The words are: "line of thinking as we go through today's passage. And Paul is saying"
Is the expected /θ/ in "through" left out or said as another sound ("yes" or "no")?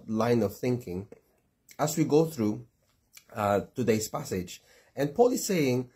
no